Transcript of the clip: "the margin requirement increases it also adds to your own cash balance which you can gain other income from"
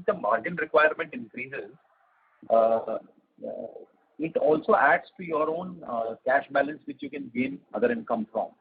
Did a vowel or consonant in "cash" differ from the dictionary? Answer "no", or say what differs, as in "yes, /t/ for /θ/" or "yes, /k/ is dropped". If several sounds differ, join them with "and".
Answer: no